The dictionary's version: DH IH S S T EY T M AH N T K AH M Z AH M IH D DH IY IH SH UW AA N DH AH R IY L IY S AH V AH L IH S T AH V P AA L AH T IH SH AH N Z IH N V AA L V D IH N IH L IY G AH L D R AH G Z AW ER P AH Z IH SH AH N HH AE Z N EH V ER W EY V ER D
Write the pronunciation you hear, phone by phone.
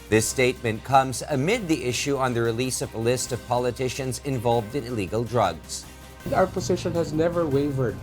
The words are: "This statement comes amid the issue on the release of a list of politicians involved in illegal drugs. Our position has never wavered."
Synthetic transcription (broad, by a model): DH IH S S T EY T M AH N K AH M Z AH M IH D DH IY IH SH UW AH N DH AH R IY L IY S AH V AH L IH S T AH V P AA L AH T IH SH AH N Z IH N V AA L V D IH N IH L IY G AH L D R AH G Z AW ER P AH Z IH SH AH N HH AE Z N EH V ER W EY V ER D